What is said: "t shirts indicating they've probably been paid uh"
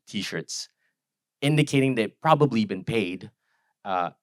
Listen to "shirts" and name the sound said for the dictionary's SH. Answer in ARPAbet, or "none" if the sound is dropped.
SH